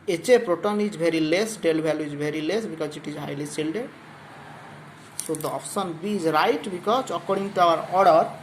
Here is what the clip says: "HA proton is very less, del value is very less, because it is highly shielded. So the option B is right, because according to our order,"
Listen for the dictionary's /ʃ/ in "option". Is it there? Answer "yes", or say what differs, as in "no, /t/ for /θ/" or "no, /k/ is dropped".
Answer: no, /s/ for /ʃ/